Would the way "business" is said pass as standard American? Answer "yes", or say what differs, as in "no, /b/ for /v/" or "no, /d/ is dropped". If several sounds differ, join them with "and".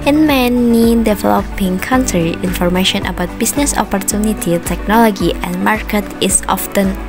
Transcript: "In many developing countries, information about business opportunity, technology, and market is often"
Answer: no, /s/ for /z/